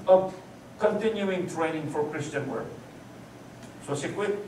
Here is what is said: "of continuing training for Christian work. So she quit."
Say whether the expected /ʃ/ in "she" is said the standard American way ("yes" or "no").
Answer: no